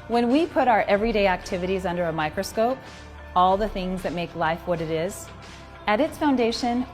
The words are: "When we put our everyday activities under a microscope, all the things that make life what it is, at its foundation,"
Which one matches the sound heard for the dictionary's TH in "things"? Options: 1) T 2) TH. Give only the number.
2